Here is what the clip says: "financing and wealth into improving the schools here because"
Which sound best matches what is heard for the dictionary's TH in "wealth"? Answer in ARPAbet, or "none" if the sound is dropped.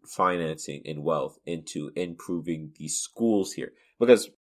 TH